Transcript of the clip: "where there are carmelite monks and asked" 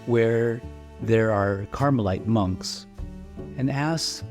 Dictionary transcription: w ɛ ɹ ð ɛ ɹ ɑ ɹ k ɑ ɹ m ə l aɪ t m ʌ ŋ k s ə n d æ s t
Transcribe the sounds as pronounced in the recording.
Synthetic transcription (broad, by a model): w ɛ ɹ ð ɛ ɹ ɑ ɹ k ɑ ɹ m ə l aɪ t m ʌ ŋ k s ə n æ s